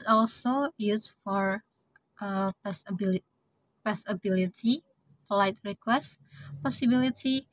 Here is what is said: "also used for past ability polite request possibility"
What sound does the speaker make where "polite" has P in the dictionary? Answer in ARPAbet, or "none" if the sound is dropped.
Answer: P